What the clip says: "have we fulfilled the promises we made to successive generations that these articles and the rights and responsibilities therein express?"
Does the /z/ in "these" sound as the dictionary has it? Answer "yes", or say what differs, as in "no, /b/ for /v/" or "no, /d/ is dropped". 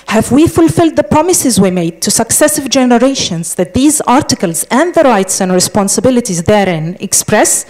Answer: yes